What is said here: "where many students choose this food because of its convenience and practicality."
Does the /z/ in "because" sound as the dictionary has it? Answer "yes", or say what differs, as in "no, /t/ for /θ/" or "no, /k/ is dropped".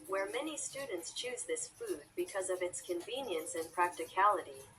yes